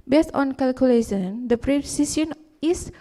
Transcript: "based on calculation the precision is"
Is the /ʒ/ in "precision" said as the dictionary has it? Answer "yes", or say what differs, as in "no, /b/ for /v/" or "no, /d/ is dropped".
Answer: no, /s/ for /ʒ/